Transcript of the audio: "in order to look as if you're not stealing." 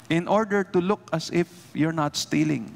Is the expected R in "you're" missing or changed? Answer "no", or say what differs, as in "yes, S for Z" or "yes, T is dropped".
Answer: no